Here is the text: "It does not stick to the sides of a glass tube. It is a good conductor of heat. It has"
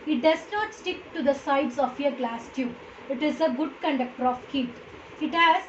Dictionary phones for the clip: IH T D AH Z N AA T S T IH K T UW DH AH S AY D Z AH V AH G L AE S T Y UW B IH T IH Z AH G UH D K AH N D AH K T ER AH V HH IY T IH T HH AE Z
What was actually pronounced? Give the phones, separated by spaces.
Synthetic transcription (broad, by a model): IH T D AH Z N AA T S T IH K T UW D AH S AY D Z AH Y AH G L AE S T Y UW IH T IH Z AH G UH D K AH N D AH K T ER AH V HH IY T IH T HH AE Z